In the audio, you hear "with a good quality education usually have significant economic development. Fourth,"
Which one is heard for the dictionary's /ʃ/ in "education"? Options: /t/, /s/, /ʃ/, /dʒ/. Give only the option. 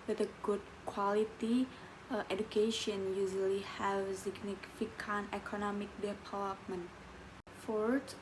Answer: /ʃ/